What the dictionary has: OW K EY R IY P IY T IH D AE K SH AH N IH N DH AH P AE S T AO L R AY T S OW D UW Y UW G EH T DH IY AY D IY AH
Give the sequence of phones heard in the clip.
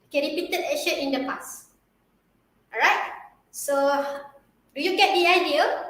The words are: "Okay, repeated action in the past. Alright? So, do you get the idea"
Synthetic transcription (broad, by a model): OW K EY R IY P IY T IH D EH SH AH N IH N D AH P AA S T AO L R AY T S OW D UW Y UW G EH T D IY AY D IY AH